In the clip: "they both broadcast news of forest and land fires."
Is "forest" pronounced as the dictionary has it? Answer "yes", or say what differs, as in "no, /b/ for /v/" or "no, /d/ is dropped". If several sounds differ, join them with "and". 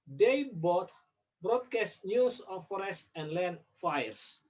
yes